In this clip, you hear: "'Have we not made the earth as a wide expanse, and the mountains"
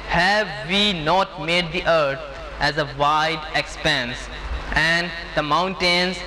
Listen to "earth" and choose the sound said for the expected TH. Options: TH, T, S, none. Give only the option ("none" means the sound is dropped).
T